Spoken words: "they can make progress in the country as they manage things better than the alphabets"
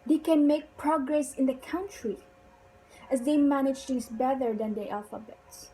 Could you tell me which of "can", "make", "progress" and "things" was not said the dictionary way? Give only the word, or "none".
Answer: things